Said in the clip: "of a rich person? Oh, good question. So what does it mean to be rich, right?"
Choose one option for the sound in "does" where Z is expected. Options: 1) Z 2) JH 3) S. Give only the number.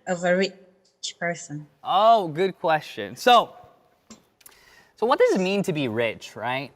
1